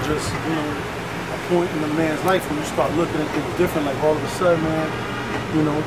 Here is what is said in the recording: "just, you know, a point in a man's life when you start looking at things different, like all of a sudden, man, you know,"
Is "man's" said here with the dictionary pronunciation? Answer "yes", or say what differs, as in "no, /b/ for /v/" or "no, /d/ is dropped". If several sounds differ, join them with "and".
yes